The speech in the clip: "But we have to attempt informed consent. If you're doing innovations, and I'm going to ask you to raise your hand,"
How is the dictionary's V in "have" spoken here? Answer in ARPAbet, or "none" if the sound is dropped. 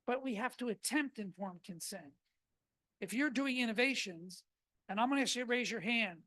F